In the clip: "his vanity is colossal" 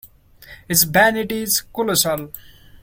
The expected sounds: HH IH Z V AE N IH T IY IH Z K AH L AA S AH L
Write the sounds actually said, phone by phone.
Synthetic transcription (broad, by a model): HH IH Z B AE N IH T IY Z K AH L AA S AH L